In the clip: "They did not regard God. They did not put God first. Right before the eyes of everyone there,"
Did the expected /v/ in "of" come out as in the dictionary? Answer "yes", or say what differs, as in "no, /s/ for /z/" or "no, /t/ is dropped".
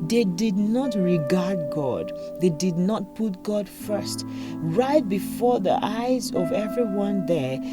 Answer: yes